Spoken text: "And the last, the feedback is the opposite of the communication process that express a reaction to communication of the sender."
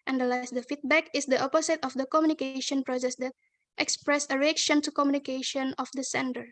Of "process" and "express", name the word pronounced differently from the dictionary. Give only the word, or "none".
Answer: none